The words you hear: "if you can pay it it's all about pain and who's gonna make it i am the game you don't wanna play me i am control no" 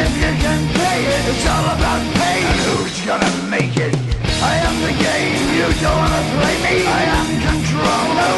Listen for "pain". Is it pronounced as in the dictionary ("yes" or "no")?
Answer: no